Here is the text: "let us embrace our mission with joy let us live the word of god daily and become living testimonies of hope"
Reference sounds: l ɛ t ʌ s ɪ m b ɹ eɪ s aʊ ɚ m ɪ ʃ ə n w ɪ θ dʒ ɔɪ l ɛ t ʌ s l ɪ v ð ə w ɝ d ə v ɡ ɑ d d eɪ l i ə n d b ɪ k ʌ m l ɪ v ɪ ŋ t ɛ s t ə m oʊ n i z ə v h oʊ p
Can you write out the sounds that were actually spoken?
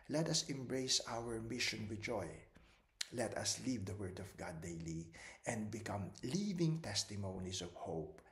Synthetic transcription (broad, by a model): l ɛ t ʌ s ɪ m b ɹ eɪ s aʊ ɚ m ɪ ʃ ə n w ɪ dʒ ɔɪ l ɛ t ʌ s l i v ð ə w ɝ d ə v ɡ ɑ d d eɪ l i ə n d b ɪ k ʌ m l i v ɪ ŋ t ɛ s t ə m oʊ n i s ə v h oʊ p